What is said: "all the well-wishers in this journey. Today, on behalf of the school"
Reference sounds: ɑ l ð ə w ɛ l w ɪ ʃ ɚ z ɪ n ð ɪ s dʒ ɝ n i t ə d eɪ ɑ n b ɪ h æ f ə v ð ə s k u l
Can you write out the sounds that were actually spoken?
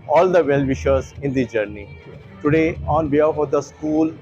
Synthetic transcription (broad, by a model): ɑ l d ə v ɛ l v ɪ ʃ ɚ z ɪ n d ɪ dʒ ɝ n i t ə d eɪ ɑ n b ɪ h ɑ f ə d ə s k u l